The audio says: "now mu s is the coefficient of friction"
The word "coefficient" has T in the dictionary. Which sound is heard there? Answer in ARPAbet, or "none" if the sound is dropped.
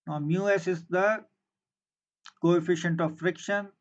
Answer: T